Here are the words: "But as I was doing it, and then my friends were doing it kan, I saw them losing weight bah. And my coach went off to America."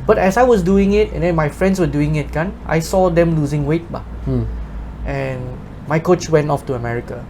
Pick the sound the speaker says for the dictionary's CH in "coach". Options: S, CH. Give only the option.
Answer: CH